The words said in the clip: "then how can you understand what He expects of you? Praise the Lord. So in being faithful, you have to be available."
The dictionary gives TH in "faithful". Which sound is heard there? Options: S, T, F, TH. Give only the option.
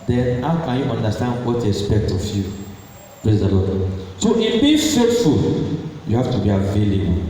T